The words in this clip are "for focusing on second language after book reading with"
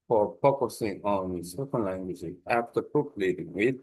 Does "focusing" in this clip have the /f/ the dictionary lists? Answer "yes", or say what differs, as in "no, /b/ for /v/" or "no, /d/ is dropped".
no, /p/ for /f/